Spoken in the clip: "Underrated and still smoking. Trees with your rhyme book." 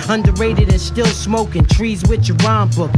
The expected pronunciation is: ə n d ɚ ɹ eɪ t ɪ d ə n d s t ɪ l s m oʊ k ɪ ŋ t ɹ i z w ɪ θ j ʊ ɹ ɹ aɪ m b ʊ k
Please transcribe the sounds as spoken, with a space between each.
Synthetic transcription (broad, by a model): ə n d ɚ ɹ eɪ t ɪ d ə n s t ɪ l s m oʊ k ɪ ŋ t ɹ i z w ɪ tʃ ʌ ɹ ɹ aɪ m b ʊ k